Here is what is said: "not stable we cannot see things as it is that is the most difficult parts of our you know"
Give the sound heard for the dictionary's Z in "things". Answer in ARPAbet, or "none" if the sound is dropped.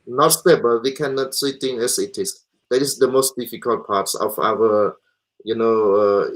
none